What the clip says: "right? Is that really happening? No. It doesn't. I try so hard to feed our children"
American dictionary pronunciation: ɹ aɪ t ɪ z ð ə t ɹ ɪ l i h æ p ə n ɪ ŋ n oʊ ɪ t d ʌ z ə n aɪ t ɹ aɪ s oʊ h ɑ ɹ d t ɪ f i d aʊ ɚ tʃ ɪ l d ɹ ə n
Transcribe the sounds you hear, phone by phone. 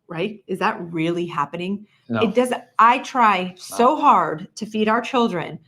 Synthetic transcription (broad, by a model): ɹ aɪ t ɪ z ð ə t ɹ ɪ l i h æ p ə n ɪ ŋ ɪ t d ʌ z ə ɪ t ɹ aɪ s oʊ h ɑ ɹ d t ɪ f i d aʊ ɚ tʃ ɪ l d ɹ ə n